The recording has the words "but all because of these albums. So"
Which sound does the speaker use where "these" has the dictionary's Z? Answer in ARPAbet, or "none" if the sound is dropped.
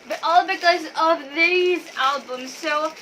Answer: Z